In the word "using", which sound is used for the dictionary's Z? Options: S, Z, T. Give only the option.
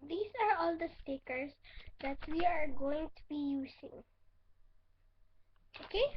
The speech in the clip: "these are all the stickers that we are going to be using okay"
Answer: S